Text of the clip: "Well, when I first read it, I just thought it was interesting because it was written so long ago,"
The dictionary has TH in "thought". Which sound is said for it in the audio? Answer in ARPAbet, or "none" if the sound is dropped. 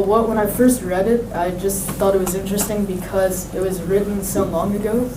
TH